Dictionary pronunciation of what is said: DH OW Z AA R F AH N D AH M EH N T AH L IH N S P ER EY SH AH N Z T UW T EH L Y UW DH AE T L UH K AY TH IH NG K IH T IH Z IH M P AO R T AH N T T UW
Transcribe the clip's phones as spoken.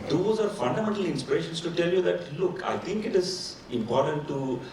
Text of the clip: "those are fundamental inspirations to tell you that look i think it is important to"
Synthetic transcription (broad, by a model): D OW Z AA R F AH N D AH M EH N T AH L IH N S P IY EY SH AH N S T UW T EH L Y UW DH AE T L UH K AY T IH NG K IH T IH Z IH M P AO R T AH N T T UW